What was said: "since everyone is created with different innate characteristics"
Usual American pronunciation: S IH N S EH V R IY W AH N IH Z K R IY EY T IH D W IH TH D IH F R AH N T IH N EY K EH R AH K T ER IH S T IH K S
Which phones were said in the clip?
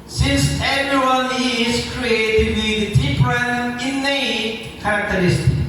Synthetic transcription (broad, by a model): S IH N S EH V R IY W AH N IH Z K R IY EY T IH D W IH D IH P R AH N IH N EY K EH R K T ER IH S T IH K